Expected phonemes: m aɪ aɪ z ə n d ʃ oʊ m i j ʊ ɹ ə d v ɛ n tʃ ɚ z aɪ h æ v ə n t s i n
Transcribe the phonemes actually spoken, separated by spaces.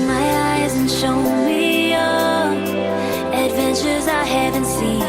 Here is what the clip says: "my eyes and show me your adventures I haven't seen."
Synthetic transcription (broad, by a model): m aɪ aɪ z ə n ʃ oʊ m i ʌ ə d v ɛ n tʃ ɚ z aɪ h æ v ə n t s i n